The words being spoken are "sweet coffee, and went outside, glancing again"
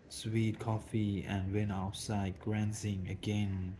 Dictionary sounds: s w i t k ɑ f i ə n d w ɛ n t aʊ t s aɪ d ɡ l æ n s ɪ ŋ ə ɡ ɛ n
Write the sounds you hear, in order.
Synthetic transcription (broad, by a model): s w i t k ɑ f i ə n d w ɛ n aʊ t s aɪ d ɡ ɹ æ n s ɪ ŋ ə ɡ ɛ n